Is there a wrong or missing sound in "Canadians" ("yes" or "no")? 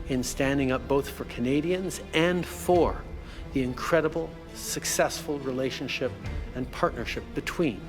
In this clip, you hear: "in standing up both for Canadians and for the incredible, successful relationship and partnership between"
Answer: no